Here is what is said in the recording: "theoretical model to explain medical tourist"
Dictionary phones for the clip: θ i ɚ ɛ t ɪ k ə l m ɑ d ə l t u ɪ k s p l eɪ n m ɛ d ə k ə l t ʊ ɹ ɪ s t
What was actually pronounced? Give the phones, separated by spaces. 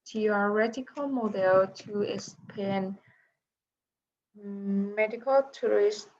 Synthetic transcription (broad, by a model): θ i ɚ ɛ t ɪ k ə l m ɑ d ə l t u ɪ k s p eɪ n m ɛ d ə k ə l t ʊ ɹ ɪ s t